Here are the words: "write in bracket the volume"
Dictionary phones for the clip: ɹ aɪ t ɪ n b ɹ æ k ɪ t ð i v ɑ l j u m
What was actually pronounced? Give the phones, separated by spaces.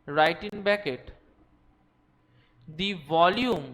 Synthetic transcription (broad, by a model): ɹ aɪ t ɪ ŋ b ɛ k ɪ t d i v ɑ l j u m